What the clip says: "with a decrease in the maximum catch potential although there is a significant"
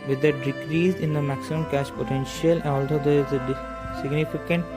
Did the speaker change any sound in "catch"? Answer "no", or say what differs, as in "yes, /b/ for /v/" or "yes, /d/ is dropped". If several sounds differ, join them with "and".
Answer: yes, /ʃ/ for /tʃ/